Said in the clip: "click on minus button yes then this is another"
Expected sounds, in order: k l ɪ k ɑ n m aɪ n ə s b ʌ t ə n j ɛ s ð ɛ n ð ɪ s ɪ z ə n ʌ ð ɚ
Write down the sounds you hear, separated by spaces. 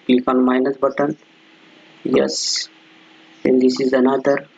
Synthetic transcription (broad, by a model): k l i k ɑ n m aɪ n ə s b ʌ t ə n j ɛ s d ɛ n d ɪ s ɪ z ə n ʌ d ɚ